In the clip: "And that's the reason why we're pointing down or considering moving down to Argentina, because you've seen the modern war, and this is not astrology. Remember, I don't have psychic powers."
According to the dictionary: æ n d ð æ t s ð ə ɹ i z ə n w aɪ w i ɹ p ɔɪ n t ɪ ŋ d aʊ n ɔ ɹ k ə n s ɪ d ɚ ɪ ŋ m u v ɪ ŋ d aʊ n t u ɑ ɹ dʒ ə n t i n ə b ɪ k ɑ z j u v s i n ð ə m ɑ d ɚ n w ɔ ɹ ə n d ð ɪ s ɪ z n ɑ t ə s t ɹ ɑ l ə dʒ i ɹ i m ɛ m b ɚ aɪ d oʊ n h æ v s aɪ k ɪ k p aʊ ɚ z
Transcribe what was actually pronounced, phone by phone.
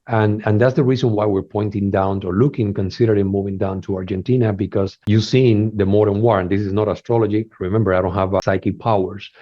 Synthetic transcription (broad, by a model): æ n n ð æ t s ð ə ɹ i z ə n w aɪ w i ɹ p ɔɪ n t ɪ ŋ d aʊ n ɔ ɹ k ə n s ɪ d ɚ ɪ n m u v ɪ ŋ d aʊ n t u ɑ ɹ dʒ ə n t i n ə b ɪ k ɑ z j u s i n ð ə m ɑ d ɚ n w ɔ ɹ ə n d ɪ s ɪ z n ɑ t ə s t ɹ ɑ l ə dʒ i ɹ i m ɛ m b ɚ aɪ d oʊ n h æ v s aɪ k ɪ p aʊ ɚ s